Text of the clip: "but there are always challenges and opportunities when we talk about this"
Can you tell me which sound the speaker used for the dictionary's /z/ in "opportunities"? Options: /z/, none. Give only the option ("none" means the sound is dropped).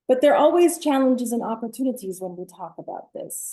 /z/